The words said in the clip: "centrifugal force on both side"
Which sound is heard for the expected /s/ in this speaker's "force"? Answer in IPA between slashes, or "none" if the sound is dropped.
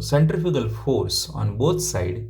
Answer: /s/